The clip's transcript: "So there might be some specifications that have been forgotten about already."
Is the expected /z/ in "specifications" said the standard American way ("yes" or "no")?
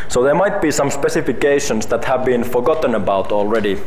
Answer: no